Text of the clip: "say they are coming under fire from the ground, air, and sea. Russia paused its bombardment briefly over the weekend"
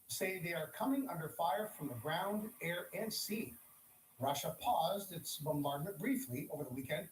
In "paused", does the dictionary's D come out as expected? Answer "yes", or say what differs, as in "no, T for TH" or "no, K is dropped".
yes